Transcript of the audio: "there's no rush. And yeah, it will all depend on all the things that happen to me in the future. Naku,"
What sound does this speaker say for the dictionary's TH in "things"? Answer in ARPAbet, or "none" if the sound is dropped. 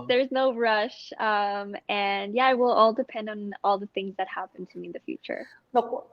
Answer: TH